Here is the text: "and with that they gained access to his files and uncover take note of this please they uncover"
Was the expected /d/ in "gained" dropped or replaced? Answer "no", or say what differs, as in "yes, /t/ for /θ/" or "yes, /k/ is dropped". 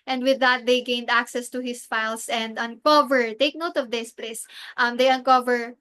no